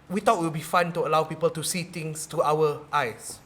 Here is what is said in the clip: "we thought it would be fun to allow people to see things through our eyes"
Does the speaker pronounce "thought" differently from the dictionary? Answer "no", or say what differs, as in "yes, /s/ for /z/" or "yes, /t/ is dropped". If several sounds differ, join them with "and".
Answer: yes, /t/ is dropped